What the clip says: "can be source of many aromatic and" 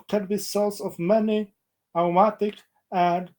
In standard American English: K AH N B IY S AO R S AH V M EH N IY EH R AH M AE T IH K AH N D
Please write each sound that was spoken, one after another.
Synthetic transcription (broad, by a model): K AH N B IY S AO L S AH V M EH N IY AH M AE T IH K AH N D